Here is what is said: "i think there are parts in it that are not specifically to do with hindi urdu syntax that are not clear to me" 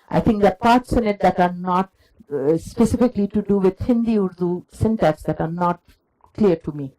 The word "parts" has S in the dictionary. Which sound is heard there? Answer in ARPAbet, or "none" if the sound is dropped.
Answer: S